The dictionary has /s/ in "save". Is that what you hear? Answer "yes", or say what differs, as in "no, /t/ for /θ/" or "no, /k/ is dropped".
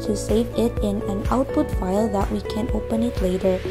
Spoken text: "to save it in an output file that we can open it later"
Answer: yes